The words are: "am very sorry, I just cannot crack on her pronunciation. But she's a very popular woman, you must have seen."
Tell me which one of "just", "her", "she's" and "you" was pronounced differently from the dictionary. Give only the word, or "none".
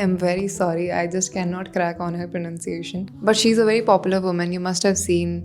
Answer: none